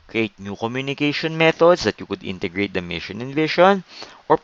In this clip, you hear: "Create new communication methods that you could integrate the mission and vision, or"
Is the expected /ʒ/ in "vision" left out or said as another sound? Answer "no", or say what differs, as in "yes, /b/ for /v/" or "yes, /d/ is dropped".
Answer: yes, /ʃ/ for /ʒ/